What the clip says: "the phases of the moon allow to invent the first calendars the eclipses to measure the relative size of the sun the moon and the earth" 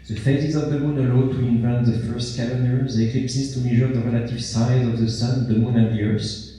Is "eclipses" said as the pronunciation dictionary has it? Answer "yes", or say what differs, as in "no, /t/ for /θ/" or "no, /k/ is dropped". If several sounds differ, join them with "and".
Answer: no, /s/ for /z/